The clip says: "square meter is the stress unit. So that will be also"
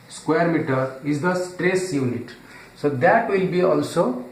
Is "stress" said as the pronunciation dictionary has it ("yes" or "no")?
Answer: yes